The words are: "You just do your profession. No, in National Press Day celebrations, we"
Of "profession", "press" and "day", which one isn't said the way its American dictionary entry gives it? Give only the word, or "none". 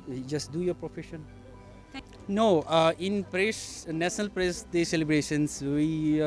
none